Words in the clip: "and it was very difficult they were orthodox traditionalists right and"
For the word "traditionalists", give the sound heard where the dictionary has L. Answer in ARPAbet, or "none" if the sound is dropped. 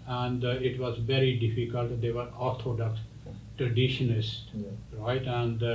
N